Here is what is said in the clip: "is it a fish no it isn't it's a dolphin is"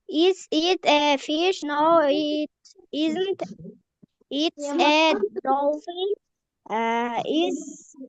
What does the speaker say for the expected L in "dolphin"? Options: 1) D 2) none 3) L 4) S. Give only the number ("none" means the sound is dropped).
2